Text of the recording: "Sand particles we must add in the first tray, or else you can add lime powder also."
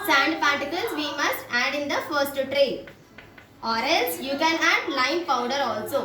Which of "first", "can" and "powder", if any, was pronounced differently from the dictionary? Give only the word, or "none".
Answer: none